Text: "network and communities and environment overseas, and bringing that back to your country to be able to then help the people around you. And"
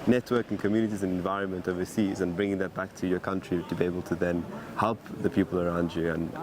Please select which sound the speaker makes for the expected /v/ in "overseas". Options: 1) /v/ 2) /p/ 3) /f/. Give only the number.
1